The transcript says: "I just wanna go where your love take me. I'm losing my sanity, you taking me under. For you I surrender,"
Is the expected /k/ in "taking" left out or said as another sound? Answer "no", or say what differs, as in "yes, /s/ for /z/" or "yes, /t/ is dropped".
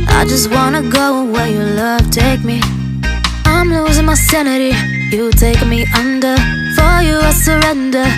yes, /k/ is dropped